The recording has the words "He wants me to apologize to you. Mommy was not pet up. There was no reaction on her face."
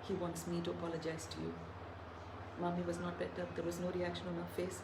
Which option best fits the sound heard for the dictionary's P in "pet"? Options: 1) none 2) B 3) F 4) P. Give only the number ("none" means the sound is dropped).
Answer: 2